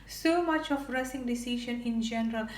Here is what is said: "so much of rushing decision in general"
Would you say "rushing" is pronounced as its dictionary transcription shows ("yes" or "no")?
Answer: no